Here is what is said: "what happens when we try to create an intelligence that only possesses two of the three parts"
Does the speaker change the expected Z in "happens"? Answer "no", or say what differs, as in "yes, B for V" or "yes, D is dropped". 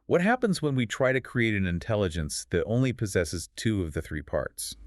no